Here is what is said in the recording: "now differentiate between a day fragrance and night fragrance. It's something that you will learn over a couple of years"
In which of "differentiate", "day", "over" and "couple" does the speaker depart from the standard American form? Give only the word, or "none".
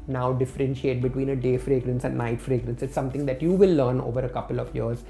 none